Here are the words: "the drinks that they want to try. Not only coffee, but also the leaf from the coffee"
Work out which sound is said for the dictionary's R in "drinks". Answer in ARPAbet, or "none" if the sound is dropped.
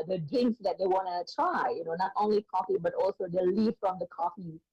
none